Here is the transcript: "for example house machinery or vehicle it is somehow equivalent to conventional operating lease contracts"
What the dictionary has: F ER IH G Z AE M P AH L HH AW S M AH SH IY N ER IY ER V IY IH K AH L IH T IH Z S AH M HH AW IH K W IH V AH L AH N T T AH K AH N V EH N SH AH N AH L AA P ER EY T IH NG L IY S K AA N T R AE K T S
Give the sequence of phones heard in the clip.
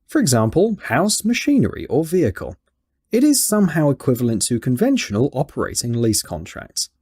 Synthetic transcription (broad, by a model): F ER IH G Z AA M P AH L HH AW S M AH SH IY N ER IY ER V IY IH K AH L IH T IH Z S AH M HH AW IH K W IH V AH L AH N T T AH K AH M V EH N SH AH N AH L AA P ER EY T IH NG L IY S K AA N T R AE K T S